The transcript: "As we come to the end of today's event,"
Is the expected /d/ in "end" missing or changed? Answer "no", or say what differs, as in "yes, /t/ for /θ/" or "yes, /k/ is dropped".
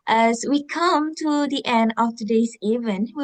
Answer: no